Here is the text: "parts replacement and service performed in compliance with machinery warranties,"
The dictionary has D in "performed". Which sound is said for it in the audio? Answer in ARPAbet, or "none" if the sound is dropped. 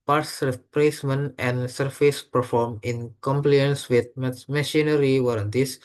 none